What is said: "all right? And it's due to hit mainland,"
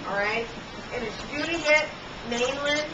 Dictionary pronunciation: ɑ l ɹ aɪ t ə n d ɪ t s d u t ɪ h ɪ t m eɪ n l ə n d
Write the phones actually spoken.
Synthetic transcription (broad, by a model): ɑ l ɹ aɪ t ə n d ɪ t s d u t ɪ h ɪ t m eɪ n l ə